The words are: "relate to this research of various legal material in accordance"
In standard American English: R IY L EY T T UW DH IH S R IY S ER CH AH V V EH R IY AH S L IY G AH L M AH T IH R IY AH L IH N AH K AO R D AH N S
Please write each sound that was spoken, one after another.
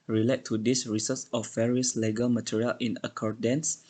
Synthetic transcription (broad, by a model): R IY L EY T T UW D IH S R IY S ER S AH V V EH R IY AH S L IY G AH L M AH T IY R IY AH L IH N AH K AO R D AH N S